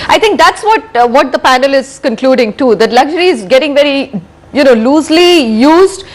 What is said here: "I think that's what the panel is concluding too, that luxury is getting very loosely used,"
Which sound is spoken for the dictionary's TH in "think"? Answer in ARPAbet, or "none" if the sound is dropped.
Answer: T